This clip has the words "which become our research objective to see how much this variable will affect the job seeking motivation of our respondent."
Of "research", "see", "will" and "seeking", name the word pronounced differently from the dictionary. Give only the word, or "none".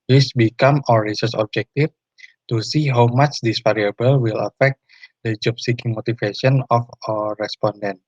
research